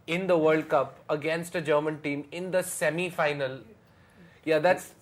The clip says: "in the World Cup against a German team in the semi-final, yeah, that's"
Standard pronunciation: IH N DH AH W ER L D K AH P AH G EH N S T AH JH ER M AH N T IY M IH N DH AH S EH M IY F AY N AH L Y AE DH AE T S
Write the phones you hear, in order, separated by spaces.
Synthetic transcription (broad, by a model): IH N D AH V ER L D K AH P AH G EH N S T AH JH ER M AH N T IY M IH N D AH S EH M IY F AY N AH L Y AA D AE T S